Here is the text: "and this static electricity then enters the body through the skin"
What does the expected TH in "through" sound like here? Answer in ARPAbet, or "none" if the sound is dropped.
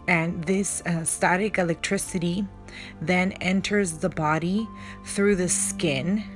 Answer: TH